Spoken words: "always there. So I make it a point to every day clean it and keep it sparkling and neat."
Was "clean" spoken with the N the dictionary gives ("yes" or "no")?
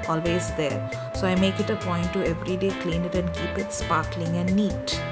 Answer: yes